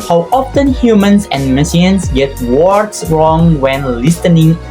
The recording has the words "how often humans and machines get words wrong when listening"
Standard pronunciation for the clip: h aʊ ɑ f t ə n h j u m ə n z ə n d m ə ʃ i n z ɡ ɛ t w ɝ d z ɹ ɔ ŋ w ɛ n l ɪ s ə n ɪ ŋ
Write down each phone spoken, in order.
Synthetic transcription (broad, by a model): h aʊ ɑ f t ə n h j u m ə n s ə n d m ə s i n s ɡ ɛ t w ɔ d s ɹ ɔ ŋ w ɛ n l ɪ s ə n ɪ ŋ